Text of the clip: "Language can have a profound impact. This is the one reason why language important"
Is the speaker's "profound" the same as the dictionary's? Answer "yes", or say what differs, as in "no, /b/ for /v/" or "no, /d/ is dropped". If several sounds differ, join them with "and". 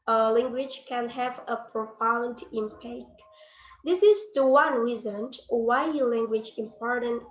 yes